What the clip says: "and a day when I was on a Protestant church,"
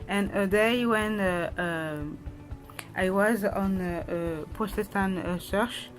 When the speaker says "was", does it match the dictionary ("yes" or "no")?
yes